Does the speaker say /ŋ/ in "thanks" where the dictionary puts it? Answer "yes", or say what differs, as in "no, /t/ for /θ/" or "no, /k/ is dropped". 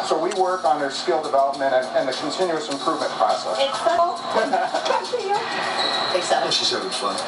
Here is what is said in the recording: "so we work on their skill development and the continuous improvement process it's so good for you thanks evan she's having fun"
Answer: no, /ŋ/ is dropped